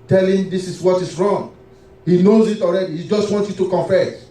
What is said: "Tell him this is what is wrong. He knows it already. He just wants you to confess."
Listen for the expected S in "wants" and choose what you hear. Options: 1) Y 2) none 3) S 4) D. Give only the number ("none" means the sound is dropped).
2